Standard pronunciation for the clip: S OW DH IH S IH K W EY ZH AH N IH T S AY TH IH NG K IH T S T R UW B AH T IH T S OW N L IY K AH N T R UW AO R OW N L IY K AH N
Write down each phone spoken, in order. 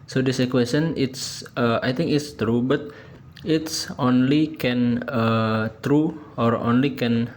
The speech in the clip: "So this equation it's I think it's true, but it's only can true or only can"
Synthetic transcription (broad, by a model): S OW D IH S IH K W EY S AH N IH T S AY T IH NG K IH T S T R UW B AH T IH T S OW N L IY K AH N T R UW AO R OW N L IY K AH N